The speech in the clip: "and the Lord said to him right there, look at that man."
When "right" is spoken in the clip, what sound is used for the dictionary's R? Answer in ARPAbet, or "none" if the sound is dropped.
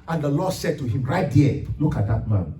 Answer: R